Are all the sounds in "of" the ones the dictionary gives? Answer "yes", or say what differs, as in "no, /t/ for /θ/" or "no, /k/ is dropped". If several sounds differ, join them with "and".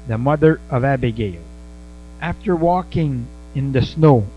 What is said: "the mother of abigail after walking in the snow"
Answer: yes